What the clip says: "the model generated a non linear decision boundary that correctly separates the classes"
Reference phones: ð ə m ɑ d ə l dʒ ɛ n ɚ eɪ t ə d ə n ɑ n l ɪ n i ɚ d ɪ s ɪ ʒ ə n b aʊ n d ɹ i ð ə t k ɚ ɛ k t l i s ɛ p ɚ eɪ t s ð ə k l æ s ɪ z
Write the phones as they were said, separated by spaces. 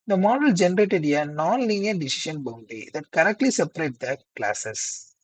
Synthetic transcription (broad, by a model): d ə m ɑ d ə l dʒ ɛ n ɚ eɪ t ə d ə n ɑ n l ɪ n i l d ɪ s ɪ ʃ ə n b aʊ n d i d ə t k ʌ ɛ k t l i s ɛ p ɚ eɪ t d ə k l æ s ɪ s